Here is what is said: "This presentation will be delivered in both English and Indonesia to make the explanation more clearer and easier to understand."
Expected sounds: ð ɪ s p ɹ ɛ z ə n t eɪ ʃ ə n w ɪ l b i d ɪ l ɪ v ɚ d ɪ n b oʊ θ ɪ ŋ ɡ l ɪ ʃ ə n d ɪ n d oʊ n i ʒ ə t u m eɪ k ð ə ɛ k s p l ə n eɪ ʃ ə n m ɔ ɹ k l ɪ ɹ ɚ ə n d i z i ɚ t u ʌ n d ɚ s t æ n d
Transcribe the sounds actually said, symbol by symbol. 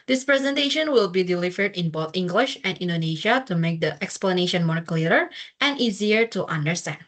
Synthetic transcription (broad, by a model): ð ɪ s p ɹ ɛ z ə n t eɪ ʃ ə n w ɪ l b i d ɪ l ɪ v ɚ d ɪ n b oʊ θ ɪ ŋ ɡ l ɪ ʃ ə n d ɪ n d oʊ n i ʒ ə t u m eɪ k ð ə ɛ k s p l ə n eɪ ʃ ə n m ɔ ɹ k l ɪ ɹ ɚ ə n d i z i ɚ t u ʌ n d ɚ s t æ n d